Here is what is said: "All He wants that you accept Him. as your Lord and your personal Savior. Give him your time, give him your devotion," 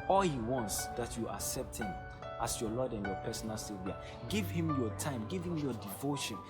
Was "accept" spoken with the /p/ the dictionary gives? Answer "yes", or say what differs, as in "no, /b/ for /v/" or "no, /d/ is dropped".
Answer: yes